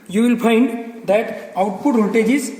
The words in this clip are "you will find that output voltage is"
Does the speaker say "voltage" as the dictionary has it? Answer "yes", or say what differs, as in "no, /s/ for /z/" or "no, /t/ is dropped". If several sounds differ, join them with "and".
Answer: no, /l/ is dropped